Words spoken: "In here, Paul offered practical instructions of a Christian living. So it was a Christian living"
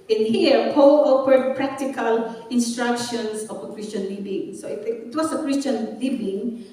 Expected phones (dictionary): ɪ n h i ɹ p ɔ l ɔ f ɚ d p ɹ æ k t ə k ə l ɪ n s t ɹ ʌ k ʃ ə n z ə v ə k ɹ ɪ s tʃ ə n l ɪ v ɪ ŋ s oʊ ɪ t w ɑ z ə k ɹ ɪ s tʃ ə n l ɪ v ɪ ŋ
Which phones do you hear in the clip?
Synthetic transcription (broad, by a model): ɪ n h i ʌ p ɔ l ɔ p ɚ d p ɹ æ k t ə k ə l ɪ n s t ɹ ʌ k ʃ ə n s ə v ə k ɹ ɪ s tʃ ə n l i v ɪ ŋ s oʊ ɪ t w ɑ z ə k ɹ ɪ s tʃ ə n l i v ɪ ŋ